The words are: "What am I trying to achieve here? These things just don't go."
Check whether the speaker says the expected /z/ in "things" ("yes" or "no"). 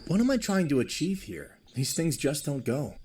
yes